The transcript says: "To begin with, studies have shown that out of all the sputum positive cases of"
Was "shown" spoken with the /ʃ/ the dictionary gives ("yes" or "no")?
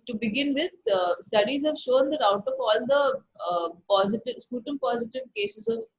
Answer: yes